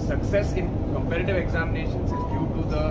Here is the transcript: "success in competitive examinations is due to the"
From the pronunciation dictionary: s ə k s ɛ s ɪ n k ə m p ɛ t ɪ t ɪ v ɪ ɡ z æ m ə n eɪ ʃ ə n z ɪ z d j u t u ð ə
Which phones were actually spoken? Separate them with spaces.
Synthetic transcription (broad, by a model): s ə k s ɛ s ɪ n k ə m p ɛ t ɪ t ɪ v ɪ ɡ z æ m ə n eɪ ʃ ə n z ɪ z d j u t u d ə